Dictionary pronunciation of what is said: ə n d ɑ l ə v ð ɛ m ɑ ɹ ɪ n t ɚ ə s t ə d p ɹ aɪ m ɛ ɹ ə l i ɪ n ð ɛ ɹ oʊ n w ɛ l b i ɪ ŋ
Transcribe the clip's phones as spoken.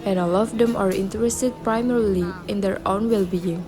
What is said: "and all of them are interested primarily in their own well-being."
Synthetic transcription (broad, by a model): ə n ɑ l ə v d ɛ m ɑ ɹ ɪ n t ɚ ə s t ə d p ɹ aɪ m ɛ ɹ ə l i ɪ n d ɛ ɹ oʊ n w ɛ l b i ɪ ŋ